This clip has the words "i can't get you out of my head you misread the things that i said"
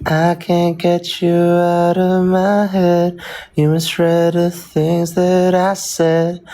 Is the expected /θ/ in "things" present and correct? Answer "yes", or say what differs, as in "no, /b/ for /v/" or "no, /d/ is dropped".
yes